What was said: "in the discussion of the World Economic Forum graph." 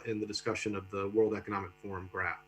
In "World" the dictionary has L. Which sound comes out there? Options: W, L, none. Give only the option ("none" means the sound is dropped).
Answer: L